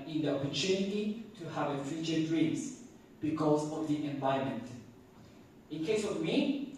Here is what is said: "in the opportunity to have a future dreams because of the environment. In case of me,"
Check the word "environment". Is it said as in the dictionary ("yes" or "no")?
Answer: no